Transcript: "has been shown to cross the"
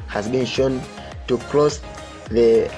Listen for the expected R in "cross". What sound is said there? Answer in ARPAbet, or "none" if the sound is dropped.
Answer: L